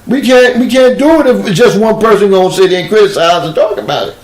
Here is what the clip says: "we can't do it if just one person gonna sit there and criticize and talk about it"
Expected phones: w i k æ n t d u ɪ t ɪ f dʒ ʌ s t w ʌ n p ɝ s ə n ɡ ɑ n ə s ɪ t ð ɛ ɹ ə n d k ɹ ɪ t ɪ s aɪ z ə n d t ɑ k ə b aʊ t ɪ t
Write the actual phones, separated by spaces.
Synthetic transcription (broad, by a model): w i k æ n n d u ɪ t ɪ f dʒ ʌ s t w ʌ n p ɝ s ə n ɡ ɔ ə s ɪ t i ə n k ɹ ɪ t ɪ s aɪ z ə n t ɑ k ə b aʊ t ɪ t